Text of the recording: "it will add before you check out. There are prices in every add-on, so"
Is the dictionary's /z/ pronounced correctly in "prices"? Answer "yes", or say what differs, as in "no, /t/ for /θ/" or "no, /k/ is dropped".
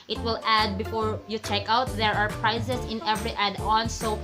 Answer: no, /s/ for /z/